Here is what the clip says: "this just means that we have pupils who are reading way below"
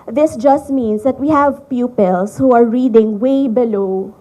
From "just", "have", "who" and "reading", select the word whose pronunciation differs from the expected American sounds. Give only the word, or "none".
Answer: none